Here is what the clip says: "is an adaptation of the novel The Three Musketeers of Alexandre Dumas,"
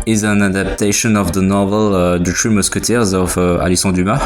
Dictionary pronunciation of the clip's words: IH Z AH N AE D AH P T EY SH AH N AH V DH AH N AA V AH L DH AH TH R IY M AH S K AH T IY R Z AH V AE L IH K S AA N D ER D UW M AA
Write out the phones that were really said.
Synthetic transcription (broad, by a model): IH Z AH N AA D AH P T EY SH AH N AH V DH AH N AA V AH L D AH T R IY M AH S K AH T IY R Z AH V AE L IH S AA D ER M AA